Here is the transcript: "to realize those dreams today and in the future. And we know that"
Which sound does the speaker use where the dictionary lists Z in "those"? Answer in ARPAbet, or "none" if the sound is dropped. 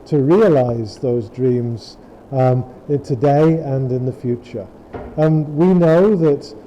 Z